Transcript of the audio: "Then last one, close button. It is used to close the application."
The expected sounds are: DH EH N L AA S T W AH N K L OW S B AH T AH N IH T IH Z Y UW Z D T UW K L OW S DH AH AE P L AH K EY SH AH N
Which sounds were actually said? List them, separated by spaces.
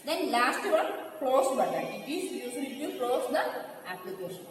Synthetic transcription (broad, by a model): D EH N L AA S T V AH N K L OW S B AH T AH IH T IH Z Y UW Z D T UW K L OW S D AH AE P L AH K EY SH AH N